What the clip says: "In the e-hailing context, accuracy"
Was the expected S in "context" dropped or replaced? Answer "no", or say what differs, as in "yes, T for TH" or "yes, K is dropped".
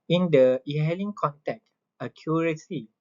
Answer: yes, S is dropped